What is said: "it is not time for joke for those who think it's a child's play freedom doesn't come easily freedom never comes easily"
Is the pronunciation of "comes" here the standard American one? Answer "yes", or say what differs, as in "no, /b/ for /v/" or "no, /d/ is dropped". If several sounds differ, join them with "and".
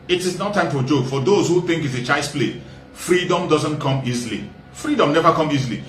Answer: no, /z/ is dropped